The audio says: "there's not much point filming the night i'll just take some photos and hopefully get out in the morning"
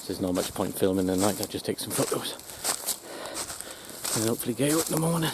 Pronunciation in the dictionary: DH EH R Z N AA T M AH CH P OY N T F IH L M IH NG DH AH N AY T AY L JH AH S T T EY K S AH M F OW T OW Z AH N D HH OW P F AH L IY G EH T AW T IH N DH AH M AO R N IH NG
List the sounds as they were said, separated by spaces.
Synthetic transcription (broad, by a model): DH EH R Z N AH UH M AH CH P OY N T F IH L M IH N DH AH N AY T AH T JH AH S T T EY K S AH M F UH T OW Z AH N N HH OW P F L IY G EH IH IH N DH AH M AO R N IH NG